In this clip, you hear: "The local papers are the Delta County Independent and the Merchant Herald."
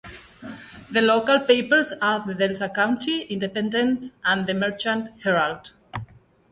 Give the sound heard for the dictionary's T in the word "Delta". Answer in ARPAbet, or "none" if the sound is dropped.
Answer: S